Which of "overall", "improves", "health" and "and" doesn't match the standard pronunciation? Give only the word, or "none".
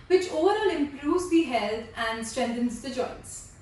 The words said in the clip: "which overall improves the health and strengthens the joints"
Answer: health